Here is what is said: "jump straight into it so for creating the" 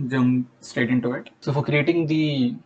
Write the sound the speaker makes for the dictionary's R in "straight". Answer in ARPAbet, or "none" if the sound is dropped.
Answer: none